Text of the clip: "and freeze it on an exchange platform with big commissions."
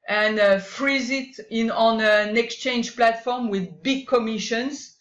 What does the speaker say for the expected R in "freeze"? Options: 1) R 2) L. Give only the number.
1